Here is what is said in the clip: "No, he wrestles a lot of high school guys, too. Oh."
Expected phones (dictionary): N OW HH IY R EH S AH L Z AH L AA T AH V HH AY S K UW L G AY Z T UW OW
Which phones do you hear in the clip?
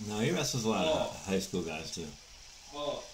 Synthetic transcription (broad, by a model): N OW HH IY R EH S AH Z AH L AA AH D HH AY S K UW L G AY Z T UW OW